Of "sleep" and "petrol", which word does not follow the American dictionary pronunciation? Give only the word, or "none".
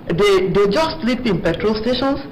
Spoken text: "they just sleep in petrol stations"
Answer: none